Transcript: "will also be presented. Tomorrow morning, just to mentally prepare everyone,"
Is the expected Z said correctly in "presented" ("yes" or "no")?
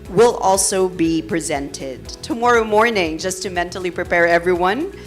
yes